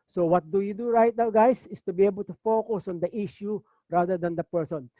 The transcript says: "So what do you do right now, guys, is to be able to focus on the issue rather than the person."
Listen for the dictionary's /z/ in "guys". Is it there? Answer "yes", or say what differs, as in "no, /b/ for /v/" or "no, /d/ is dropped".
no, /s/ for /z/